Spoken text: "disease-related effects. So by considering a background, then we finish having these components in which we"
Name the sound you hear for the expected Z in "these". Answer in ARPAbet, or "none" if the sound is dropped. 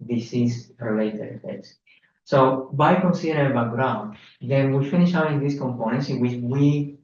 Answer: S